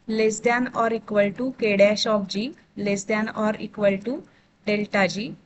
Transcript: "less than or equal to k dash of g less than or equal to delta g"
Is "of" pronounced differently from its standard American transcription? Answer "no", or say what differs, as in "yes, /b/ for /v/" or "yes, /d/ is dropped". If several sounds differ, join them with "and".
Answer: yes, /p/ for /v/